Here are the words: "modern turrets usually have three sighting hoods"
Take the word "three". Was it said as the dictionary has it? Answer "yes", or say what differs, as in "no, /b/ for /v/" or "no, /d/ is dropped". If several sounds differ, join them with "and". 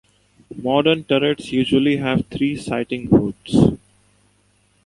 no, /t/ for /θ/